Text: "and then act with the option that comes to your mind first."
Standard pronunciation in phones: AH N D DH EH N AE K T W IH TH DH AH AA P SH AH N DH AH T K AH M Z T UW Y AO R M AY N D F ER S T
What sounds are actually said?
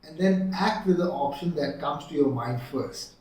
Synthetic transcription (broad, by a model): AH N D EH N AE K T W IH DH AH AA P SH AH N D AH T K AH M S T UW Y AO M AY N D F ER S T